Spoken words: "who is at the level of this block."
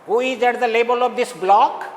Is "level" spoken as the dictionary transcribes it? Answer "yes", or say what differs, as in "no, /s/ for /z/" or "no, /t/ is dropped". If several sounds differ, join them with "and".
no, /b/ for /v/